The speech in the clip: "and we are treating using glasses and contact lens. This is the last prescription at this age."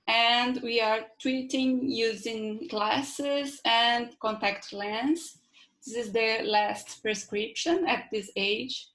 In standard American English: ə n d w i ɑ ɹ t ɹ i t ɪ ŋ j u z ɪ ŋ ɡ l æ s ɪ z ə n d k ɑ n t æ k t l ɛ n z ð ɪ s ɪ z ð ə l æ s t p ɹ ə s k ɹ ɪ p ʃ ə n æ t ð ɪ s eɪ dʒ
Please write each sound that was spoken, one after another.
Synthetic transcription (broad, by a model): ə n d w i ɑ ɹ t w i t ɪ ŋ j u z ɪ ŋ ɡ l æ s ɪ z ə n d k ɑ n t æ k t l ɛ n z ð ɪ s ɪ z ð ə l æ s t p ɹ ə s k ɹ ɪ p ʃ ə n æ t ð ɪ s eɪ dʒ